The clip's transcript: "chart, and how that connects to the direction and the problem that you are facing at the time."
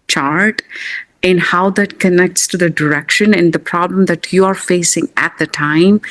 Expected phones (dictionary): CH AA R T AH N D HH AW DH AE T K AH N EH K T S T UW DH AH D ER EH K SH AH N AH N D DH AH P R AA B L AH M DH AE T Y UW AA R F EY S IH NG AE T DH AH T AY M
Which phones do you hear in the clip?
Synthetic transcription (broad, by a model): CH AA R T AH N D HH AW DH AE T K AH N EH K T S T UW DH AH D ER EH K SH AH N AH N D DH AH P R AA B L AH M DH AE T Y UW AA R F EY S IH NG AE T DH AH T AY M